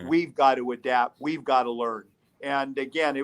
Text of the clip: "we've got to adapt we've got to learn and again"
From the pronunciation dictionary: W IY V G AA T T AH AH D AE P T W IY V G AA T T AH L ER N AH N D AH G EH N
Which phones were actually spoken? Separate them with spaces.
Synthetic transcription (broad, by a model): W IY V G AA T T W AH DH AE T W IY V G AA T T AH L ER N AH N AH G EH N